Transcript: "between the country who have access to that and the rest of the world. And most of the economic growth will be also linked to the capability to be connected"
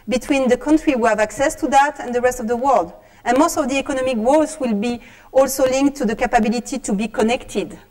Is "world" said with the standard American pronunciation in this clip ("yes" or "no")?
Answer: yes